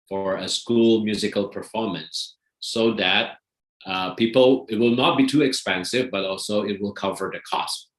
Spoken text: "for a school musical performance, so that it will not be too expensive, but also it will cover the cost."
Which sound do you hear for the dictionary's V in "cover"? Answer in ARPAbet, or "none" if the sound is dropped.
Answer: V